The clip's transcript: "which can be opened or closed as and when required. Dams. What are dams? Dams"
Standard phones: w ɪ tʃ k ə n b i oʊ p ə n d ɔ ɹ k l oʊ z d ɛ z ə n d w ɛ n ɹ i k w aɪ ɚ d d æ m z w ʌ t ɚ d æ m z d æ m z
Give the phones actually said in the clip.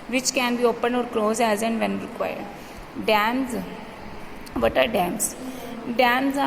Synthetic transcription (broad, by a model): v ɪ tʃ k ə n b i oʊ p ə n ɔ ɹ k l oʊ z ɛ z ə n d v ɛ n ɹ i k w aɪ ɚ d d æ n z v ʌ t ɚ d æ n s d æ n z